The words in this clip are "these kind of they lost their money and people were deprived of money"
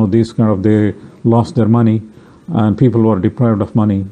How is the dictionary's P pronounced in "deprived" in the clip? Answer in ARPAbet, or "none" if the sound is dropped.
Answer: P